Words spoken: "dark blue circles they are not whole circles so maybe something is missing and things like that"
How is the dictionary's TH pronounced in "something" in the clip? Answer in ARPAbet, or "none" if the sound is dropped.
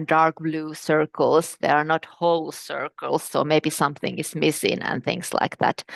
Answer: TH